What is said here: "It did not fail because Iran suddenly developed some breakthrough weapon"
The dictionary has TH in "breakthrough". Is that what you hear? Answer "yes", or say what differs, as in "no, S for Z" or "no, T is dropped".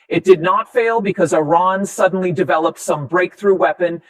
yes